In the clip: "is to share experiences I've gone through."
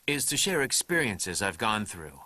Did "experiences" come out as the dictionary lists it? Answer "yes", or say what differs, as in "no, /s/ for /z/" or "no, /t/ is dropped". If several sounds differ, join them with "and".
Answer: yes